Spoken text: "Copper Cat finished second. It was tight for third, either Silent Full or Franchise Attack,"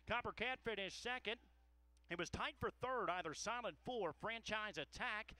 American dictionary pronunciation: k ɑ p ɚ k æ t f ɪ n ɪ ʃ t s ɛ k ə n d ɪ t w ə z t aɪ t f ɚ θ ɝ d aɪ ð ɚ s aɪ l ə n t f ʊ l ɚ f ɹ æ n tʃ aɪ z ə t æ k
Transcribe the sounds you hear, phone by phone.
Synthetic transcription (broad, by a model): k ɑ p ɚ k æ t f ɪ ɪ t s ɛ k ə n d ɪ t w ə z t aɪ t f ɚ θ ɝ d aɪ ð ɚ s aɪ l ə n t f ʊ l ɚ f ɹ æ n tʃ aɪ z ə t æ k